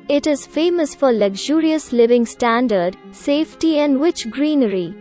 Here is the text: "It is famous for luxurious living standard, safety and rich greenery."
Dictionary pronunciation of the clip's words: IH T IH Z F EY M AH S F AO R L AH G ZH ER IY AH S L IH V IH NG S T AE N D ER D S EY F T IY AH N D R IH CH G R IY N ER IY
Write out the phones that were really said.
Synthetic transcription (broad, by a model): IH T IH Z F EY M AH S F AO R L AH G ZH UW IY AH S L IH V IH NG S T AE N D ER D S EY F T IY AH N D W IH CH G R IY N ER IY